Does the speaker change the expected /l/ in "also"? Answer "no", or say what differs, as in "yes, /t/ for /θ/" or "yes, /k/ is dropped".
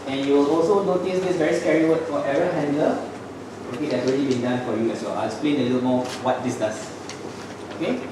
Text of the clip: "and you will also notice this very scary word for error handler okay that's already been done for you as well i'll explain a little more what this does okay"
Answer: no